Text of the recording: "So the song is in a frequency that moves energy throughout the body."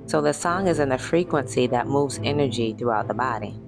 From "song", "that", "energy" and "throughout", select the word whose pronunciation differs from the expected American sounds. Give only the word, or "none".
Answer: none